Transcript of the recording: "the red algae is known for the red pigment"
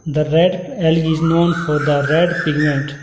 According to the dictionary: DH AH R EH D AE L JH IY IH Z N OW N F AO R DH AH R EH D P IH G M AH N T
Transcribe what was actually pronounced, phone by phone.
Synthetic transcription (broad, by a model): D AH R EH D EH L IY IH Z N OW N F AO R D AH R EH D P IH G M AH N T